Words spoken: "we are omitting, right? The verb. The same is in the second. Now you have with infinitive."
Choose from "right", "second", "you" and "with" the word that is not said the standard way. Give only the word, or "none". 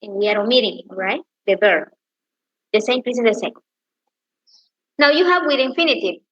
second